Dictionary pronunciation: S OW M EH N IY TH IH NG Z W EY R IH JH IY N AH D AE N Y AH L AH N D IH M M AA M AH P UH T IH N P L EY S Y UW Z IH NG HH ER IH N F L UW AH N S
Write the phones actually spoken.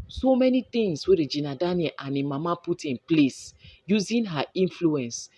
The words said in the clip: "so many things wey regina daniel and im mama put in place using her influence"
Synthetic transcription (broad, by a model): S OW M EH N IY T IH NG S W EY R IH JH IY N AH D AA N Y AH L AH N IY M M AA M AH P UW T IH N P L EY S Y UW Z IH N HH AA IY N F L UW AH N S